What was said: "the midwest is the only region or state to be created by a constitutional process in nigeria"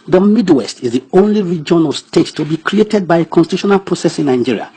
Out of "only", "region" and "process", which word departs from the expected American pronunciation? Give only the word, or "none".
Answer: none